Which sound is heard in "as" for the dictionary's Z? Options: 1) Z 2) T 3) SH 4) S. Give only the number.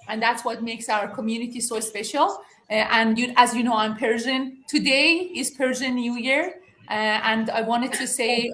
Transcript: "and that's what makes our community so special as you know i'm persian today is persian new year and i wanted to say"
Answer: 1